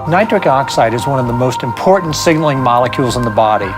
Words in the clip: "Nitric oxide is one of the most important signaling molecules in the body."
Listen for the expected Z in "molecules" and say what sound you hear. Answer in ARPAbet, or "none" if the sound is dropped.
Z